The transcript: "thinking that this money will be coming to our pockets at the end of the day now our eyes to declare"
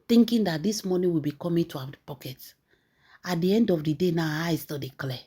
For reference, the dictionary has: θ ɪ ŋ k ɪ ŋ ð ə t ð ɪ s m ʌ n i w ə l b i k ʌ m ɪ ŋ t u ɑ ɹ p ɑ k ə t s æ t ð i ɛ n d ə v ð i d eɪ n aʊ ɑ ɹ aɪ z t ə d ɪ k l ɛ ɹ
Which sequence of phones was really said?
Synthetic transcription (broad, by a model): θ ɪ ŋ k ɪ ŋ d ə t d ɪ s m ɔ n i w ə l b i k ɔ m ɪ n t u ɑ w p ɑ k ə t ɑ t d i ɛ n d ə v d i d eɪ n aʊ ɑ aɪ s t ə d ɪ k l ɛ